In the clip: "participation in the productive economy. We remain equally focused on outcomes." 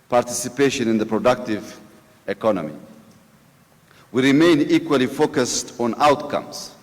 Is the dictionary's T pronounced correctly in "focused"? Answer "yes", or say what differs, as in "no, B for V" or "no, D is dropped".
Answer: yes